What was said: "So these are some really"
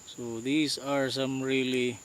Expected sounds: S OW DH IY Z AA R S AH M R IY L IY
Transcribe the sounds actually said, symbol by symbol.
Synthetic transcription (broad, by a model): S OW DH IY S AA R S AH M R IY L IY